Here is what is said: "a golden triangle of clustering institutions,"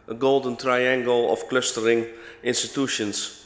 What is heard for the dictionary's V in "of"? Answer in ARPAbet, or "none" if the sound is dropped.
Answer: F